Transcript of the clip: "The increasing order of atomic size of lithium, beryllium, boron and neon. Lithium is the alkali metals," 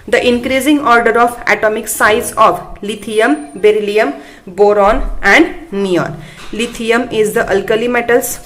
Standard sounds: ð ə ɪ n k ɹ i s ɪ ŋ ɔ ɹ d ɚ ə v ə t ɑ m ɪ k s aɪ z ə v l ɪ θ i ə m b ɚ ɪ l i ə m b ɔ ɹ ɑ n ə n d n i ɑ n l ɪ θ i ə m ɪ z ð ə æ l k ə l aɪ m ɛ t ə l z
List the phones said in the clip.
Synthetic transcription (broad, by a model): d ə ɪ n k ɹ i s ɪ ŋ ɔ ɹ d ɚ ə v ə t ɑ m ɪ k s aɪ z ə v l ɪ t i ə m b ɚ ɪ l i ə m b ɔ ɹ ɑ n ə n d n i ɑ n l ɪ t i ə m ɪ z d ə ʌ l k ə l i m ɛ t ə l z